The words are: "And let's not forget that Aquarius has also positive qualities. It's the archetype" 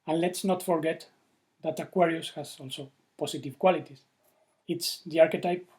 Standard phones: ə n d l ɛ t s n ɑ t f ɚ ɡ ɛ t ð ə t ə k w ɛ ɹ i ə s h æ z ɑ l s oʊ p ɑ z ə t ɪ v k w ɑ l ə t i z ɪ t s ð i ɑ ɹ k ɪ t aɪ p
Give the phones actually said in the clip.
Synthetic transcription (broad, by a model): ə n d l ɛ t s n ɑ t f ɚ ɡ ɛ t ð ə t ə k w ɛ ɹ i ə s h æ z ɑ l s oʊ p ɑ s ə t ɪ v k w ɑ l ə t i s ɪ t s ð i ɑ ɹ k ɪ t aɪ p